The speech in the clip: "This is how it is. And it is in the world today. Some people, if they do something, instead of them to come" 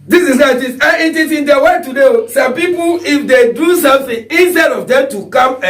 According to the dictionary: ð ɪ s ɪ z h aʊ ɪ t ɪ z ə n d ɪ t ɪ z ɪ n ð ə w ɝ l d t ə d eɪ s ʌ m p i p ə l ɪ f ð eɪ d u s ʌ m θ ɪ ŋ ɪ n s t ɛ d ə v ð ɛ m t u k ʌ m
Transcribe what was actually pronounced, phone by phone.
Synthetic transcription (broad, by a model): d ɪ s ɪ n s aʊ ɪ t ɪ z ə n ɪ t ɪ s ɪ n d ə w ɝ t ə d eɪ s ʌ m p i p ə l ɪ f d eɪ d u s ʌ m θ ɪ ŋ ɪ n s t ɛ d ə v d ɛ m t u k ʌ m